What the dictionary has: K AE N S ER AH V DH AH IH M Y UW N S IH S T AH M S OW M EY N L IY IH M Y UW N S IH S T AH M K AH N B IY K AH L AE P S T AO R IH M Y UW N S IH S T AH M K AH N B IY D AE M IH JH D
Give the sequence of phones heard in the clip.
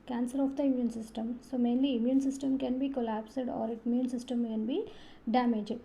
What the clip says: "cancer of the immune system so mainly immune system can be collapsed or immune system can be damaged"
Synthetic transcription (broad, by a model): K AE N S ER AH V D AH IH M Y UW N S IH S T AH M S OW M EY N L IY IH M Y UW N S IH S T AH M K AH N B IY K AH L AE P S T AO R IH M Y UW N S IH S T AH M K AH N B IY D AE M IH JH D